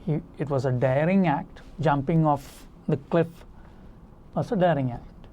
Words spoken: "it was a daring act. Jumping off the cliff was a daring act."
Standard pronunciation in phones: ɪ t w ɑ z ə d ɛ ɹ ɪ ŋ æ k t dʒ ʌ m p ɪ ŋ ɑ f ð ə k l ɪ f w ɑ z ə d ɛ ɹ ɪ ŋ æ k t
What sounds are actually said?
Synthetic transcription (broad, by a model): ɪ t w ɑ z ə d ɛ ɹ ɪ ŋ æ k t dʒ ʌ m p ɪ ŋ ɑ f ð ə k l ɪ f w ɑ s ə d ɛ ɹ ɪ ŋ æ k t